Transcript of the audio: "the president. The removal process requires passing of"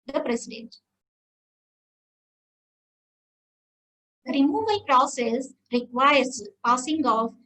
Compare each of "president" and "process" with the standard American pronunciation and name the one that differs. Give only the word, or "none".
president